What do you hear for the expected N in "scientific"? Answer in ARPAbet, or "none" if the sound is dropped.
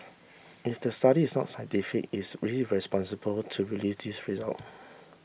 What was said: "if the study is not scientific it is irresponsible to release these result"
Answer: none